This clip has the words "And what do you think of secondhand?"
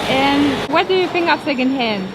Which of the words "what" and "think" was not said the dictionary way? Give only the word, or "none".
think